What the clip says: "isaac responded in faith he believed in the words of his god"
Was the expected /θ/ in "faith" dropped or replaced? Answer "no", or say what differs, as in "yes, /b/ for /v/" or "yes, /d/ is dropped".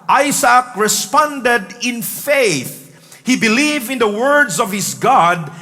no